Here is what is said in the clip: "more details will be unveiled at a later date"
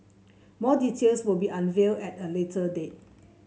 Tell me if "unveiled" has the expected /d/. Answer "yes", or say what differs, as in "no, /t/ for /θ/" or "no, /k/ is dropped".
no, /d/ is dropped